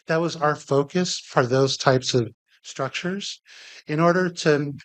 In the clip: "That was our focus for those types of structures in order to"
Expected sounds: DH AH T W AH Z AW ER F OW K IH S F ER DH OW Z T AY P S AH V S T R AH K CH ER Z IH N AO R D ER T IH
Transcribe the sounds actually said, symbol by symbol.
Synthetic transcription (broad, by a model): DH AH T W AH Z AW ER F OW K IH S F ER DH OW Z T AY P S AH V S T R AH K CH ER Z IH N AO R D ER T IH